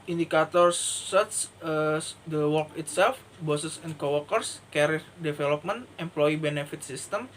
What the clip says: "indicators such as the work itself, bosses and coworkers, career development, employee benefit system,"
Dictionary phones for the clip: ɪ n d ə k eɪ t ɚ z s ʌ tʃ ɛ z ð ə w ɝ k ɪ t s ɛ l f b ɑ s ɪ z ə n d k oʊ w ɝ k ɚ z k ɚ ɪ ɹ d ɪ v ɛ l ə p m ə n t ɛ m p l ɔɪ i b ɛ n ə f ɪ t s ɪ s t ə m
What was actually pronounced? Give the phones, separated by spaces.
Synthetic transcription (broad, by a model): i n d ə k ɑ t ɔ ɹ s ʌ s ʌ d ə w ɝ k ɪ t s ɛ l f b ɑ s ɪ s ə n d k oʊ w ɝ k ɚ s k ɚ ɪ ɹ d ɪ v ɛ l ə p m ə n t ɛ m p l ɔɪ i b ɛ n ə f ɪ t s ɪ s t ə m